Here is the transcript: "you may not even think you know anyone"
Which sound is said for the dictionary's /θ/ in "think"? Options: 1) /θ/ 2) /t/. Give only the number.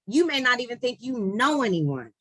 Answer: 1